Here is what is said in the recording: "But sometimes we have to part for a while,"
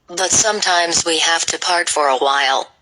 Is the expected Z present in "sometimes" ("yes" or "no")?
yes